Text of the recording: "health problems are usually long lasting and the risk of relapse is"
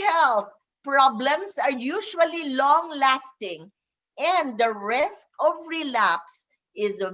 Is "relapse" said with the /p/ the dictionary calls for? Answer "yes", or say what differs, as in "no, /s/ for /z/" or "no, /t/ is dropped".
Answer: yes